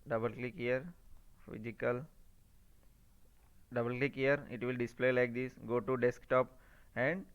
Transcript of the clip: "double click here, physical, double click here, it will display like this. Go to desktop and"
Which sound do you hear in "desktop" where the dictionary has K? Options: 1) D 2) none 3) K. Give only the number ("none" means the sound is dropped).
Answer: 3